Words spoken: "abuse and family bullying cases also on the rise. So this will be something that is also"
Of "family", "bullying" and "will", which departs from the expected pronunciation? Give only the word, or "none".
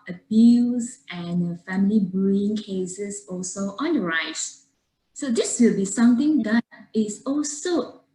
bullying